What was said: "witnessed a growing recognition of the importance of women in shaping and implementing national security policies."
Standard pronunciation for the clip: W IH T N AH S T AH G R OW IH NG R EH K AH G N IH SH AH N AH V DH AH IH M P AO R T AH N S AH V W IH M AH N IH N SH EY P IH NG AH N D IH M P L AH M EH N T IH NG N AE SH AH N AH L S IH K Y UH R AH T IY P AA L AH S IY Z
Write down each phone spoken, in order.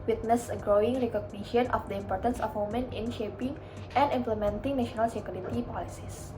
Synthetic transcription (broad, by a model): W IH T N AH S AH G R OW IH NG R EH K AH G N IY SH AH N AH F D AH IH M P AO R T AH N S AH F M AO M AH N IH N SH EY P IH NG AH N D IH M P L AH M EH N T IH NG N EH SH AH N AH L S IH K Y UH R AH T IY P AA L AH S IY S